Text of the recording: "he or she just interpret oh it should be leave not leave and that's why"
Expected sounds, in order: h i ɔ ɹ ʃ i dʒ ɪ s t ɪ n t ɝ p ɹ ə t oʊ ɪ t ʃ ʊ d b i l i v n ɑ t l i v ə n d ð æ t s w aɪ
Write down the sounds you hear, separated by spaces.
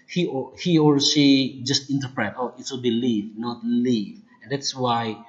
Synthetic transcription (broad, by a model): h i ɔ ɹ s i dʒ ɪ s t ɪ n t ɝ p ɹ ə t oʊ ɪ t s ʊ b i l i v n ɑ t l i v ə n d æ t s w aɪ